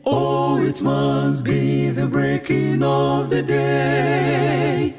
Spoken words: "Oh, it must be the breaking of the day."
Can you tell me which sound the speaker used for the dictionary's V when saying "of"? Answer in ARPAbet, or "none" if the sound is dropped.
V